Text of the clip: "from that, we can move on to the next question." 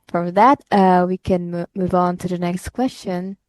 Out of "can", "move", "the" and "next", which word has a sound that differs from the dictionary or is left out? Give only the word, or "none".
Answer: none